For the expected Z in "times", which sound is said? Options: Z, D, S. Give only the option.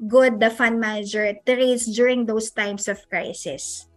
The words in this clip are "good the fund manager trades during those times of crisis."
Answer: S